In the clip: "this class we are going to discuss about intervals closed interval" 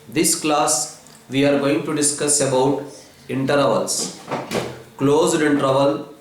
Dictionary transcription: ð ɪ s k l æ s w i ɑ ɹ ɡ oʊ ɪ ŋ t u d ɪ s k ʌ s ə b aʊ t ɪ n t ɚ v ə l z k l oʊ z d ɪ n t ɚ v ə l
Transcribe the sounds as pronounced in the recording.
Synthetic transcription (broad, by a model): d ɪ s k l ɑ s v i ɑ ɹ ɡ oʊ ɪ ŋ t u d ɪ s k ʌ s ə b aʊ t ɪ n t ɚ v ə l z k l oʊ z d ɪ n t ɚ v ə l